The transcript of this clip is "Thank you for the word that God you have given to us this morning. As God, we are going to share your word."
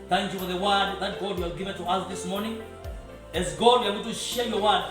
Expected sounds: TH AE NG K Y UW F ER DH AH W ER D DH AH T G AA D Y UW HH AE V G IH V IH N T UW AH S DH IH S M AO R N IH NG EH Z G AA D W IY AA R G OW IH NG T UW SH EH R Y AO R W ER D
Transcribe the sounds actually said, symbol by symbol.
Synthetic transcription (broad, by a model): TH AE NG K Y UW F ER DH AH W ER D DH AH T G AA D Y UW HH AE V G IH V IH N T UW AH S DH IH S M AO R N IH NG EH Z G AA D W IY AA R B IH T UW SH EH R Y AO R W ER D